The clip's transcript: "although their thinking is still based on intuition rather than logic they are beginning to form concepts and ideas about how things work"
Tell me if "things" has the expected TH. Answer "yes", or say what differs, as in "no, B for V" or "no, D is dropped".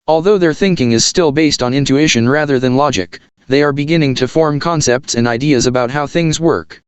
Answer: yes